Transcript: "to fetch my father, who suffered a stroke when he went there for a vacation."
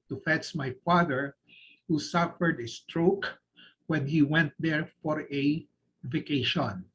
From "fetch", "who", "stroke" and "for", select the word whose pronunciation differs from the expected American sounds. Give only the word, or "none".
fetch